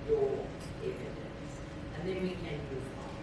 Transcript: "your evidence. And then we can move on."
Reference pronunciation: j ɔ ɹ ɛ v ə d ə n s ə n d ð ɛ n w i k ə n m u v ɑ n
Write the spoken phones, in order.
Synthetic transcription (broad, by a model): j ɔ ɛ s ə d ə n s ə n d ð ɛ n w i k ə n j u ɑ